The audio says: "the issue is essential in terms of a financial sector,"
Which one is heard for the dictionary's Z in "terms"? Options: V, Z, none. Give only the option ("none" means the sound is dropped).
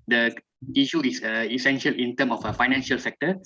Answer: none